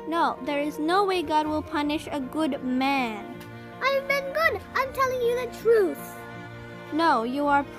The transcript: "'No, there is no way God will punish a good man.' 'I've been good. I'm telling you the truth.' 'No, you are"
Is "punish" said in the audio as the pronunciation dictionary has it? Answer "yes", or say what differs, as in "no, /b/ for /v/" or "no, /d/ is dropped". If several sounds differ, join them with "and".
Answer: yes